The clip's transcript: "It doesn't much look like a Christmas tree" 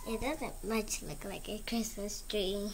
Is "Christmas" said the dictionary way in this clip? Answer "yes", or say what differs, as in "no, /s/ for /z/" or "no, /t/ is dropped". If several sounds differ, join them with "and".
no, /m/ is dropped